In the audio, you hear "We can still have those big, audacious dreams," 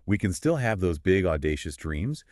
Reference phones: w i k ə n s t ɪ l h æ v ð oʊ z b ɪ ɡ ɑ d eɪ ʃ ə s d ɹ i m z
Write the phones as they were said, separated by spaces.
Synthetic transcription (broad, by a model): w i k ə n s t ɪ l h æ v ð oʊ z b ɪ ɡ ɑ d eɪ ʃ ə s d ɹ i m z